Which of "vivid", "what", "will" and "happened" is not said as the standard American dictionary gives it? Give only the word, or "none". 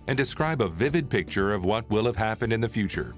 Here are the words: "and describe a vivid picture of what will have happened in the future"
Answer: none